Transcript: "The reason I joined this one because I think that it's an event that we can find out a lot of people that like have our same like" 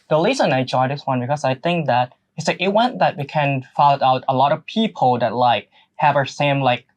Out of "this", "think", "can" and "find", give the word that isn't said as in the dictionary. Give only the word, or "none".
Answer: find